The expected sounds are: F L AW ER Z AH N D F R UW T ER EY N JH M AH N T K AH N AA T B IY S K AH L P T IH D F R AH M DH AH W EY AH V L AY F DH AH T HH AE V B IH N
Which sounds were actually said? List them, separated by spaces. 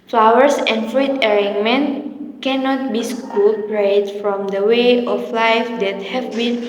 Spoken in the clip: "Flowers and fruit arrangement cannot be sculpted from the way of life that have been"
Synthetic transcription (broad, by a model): F L AW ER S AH N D F R UW T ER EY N M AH N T K AH N AA T B IY S K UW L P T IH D F R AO M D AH W EY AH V L AY F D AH T HH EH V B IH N